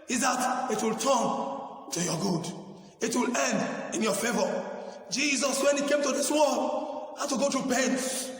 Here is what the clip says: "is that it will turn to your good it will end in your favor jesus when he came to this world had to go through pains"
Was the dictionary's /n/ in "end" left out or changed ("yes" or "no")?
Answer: no